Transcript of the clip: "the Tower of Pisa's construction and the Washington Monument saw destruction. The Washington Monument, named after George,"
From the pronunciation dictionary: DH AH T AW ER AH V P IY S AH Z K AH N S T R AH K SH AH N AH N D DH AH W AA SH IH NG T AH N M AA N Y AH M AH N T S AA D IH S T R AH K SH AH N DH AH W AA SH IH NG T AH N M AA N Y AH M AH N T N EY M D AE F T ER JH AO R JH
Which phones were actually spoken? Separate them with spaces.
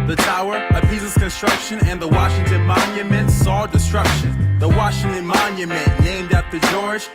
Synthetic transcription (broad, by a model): DH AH T AW ER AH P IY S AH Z K AH N S T R AH K SH AH N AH N DH AH W AA SH IH NG T AH N M AA N Y AH M AH N T S AA D IH S T R AH K SH AH N DH AH W AA SH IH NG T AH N M AA N Y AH M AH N N EY M D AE T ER JH AO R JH